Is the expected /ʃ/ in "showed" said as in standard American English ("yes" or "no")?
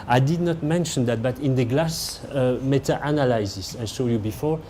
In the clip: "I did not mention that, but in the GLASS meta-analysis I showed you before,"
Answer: no